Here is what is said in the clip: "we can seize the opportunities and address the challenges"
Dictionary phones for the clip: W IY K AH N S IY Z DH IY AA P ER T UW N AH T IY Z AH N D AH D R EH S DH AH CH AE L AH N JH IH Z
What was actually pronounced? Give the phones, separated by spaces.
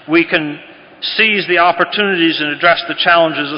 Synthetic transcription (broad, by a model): W IY K AH N S IY Z DH IY AA P ER T UW N AH T IY Z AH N AH D R EH S DH AH CH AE L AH N JH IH Z